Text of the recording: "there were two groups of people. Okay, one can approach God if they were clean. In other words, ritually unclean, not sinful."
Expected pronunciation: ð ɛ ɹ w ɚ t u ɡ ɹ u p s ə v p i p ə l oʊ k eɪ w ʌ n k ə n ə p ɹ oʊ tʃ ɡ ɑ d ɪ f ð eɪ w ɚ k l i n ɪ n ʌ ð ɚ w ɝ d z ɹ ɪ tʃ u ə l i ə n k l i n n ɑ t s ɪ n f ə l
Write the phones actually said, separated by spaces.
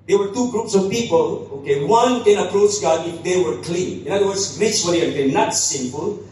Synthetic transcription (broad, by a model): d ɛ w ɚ t u ɡ ɹ u p s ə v p i p ə l oʊ k eɪ w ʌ n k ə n ə p ɹ oʊ tʃ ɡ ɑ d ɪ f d eɪ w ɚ k l i n ɪ n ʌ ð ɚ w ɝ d s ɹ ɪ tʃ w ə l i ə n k ɛ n n ɑ t s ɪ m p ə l